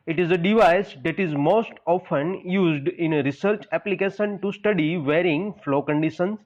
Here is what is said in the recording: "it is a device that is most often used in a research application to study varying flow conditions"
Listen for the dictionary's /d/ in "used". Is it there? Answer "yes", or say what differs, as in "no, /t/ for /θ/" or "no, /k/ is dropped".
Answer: yes